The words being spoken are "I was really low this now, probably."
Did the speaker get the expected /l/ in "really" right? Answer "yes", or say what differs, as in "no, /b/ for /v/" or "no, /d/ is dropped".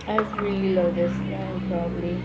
yes